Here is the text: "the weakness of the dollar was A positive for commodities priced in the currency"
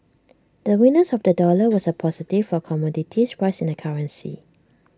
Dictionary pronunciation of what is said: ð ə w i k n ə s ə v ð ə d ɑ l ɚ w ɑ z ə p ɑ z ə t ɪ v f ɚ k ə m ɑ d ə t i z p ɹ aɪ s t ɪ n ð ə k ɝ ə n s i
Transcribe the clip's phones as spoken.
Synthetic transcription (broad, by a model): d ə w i n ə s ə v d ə d ɑ l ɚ w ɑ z ə p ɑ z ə t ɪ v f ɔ k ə m ɑ d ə t i s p ɹ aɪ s ɪ n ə k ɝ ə n s i